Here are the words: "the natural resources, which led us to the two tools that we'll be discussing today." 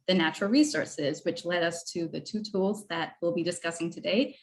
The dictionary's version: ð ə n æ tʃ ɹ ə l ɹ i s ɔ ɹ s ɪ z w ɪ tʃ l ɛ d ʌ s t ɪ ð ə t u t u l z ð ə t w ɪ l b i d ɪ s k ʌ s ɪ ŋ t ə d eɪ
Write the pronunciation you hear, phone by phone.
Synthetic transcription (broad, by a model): ð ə n æ tʃ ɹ l ɹ i s ɔ ɹ s ɪ z w ɪ tʃ l ɛ d ʌ s t ɪ ð ə t u t u l z ð ə t w ɪ l b i d ɪ s k ʌ s ɪ ŋ t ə d eɪ